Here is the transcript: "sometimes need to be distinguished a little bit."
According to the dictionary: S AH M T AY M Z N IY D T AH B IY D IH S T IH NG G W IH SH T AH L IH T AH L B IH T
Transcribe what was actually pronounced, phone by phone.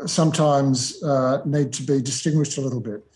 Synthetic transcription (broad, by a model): S AH M T AY M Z N IY D T AH B IY D IH S T IH NG G W IH SH T AH L IH T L B IH T